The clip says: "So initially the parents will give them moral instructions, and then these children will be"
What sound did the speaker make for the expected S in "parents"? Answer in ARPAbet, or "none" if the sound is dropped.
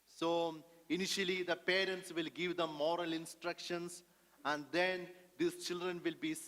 S